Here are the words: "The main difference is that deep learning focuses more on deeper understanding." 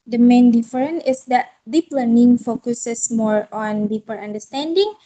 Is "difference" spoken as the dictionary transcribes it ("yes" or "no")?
no